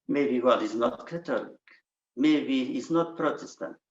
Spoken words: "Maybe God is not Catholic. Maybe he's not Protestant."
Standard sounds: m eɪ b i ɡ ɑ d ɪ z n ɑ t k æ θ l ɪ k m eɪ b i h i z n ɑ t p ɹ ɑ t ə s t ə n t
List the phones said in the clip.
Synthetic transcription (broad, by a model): m eɪ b i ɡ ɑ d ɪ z n ɑ t k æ t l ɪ k m eɪ b i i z n ɑ t p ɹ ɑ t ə s t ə n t